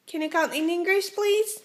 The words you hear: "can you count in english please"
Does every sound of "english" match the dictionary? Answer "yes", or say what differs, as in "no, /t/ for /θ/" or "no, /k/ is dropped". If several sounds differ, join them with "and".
no, /s/ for /ʃ/